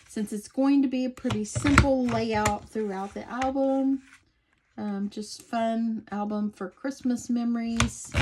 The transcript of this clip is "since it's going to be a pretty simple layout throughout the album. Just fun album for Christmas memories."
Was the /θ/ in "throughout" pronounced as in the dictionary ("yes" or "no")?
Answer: yes